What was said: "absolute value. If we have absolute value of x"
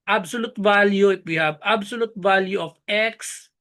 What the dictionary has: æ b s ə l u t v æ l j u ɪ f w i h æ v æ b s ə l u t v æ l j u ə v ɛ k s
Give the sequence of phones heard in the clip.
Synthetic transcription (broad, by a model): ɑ b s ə l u t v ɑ l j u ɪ p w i h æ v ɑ b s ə l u t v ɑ l j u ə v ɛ k s